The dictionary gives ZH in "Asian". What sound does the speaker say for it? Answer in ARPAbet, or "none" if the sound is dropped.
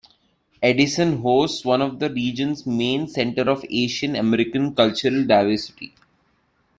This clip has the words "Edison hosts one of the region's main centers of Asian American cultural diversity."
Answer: SH